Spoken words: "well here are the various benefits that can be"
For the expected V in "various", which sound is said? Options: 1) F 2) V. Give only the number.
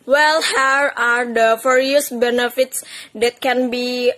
1